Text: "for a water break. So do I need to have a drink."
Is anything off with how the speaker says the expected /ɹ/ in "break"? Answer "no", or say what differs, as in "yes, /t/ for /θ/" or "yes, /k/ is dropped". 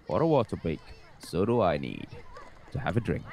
yes, /ɹ/ is dropped